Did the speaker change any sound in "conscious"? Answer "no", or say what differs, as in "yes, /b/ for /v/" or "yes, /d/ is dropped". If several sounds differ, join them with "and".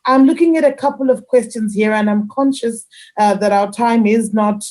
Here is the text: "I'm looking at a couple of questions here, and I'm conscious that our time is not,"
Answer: no